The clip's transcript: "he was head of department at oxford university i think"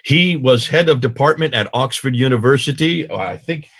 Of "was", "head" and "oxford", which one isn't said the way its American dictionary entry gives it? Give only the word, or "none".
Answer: none